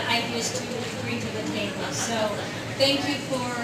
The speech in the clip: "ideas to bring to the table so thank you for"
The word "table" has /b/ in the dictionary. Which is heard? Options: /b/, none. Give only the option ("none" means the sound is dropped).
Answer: none